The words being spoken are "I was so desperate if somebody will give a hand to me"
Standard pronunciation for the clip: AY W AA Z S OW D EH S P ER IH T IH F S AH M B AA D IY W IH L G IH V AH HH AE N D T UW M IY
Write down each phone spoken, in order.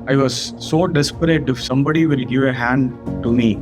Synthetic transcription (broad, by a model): AY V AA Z S OW D EH S P ER IH T IH F S AH M B AA D IY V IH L G IH V AH HH AE N D T UW M IY